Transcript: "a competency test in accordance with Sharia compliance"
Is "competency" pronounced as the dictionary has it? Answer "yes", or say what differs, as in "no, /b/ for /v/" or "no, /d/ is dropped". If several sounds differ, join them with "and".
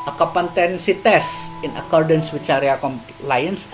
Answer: no, /m/ is dropped